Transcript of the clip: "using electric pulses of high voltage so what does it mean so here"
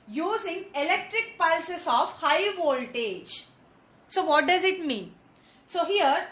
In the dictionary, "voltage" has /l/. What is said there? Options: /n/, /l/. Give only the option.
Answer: /l/